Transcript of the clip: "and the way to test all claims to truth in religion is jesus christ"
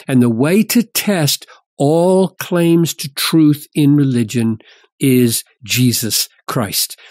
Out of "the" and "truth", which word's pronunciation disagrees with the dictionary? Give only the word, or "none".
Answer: none